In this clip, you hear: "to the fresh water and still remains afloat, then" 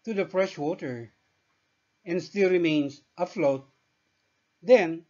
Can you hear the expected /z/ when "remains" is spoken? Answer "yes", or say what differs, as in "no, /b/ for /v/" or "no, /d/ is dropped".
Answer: no, /s/ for /z/